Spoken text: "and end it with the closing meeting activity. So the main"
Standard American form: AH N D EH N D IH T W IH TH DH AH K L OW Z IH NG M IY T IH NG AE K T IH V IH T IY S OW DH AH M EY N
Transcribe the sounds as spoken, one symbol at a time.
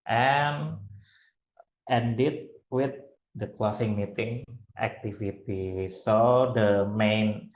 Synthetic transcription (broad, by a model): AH N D EH N D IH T W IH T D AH K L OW S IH NG M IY T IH NG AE K T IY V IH T IY S OW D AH M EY N